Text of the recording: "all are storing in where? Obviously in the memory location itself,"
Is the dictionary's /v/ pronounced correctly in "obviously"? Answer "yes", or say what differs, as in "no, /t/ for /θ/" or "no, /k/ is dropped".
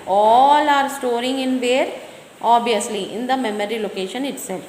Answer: no, /v/ is dropped